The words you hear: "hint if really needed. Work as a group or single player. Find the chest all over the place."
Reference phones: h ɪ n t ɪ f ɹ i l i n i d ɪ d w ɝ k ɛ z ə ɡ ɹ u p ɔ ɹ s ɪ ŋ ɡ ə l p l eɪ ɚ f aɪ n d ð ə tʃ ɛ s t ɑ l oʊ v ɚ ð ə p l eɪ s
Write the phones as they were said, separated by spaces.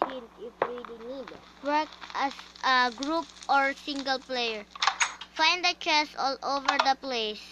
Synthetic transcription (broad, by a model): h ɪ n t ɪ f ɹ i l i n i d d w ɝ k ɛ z ə ɡ ɹ u p ɔ ɹ s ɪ ŋ ɡ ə l p l eɪ ɚ f aɪ n d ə tʃ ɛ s ɑ l oʊ v ɚ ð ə p l eɪ s